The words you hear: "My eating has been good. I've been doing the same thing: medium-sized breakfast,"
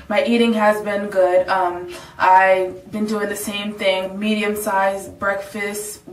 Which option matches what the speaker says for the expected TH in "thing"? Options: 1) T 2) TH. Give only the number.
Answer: 2